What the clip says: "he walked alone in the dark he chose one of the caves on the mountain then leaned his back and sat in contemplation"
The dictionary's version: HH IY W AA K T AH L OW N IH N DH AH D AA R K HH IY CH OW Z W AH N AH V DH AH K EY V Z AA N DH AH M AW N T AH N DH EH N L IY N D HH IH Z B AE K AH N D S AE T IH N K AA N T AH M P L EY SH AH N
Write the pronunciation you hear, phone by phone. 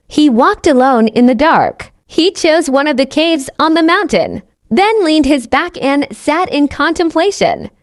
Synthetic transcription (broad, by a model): HH IY W AA K T AH L OW N IH N DH AH D AA R K HH IY CH OW Z W AH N AH V DH AH K EY V Z N DH AH M AW N T AH N DH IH N L IY N D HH IH Z B AE K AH N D S AE T IH N K AA N T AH M P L EY SH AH N